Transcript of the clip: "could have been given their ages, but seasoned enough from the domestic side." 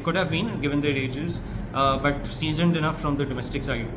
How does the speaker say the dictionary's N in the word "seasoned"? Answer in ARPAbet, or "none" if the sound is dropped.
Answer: N